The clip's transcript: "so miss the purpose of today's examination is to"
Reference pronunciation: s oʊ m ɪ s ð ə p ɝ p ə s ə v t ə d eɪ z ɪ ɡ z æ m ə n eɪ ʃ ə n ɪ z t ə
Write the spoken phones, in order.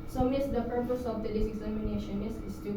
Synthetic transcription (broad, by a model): s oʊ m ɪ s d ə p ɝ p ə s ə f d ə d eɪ s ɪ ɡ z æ m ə n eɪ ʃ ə n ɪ s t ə